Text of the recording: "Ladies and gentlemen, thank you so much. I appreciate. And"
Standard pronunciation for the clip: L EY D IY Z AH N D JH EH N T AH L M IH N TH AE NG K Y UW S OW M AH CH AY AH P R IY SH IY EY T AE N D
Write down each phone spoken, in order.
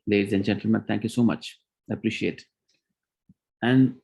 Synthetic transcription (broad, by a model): L EY D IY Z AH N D JH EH N T L M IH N T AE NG K Y UW S OW M AH CH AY AH P R IY SH IY EY T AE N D